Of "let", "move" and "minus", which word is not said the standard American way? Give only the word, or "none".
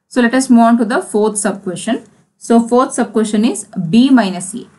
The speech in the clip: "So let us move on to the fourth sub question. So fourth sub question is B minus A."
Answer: move